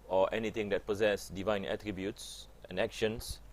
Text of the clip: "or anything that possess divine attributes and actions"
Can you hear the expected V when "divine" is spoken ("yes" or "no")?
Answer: yes